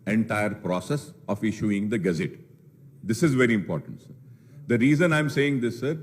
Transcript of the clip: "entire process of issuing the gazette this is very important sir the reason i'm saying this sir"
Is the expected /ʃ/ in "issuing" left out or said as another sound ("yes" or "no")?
no